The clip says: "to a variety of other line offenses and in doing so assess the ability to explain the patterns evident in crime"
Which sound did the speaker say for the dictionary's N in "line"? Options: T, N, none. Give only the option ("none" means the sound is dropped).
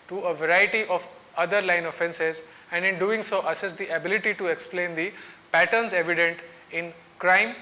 N